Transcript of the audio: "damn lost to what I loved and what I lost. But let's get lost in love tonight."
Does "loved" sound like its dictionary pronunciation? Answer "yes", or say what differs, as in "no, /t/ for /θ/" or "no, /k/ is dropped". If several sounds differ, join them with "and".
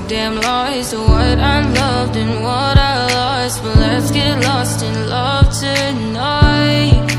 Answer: yes